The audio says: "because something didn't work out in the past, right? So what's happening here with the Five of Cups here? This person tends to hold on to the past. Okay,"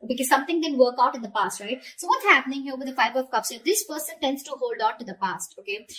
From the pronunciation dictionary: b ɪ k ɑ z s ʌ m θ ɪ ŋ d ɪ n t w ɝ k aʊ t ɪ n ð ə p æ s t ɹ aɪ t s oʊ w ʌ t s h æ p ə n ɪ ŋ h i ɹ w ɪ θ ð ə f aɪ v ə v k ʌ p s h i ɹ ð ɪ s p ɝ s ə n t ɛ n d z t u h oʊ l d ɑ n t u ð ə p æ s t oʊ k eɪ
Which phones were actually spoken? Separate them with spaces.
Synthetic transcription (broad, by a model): b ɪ k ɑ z s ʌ m t ɪ ŋ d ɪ n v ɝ k aʊ t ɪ n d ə p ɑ s t ɹ aɪ t s oʊ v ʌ t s h æ p ə n ɪ ŋ h i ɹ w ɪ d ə f aɪ b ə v k ʌ p s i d ɪ s p ɝ s ə n t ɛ n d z t u h oʊ l d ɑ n t u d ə p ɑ s t oʊ k eɪ